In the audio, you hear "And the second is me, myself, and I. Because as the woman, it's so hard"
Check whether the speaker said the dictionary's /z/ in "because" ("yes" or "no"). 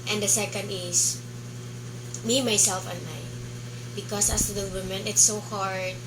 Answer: no